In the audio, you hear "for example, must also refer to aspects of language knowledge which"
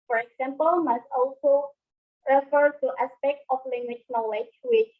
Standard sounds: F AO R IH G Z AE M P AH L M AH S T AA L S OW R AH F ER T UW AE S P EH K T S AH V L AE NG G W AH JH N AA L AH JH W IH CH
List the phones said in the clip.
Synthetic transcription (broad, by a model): F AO R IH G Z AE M P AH L M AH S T AA L S OW R AH F ER T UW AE S P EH K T AH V L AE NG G W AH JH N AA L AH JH W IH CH